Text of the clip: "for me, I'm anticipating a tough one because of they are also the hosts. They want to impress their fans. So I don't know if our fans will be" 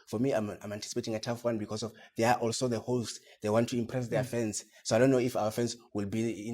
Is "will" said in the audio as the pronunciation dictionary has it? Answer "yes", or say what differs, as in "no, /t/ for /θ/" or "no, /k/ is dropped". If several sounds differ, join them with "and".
yes